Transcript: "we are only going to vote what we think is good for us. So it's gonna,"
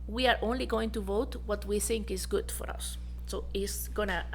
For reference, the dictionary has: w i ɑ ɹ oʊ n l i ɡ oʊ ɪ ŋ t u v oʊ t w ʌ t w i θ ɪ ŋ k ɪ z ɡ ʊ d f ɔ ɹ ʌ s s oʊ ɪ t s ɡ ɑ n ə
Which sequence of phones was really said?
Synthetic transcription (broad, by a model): w i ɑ ɹ oʊ n l i ɡ oʊ ɪ ŋ t u v oʊ t w ʌ t w i θ ɪ ŋ k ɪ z ɡ ʊ d f ɔ ɹ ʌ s s oʊ ɪ t s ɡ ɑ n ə